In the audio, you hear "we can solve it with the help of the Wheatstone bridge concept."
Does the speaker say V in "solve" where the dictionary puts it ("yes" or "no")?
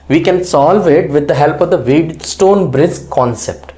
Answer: yes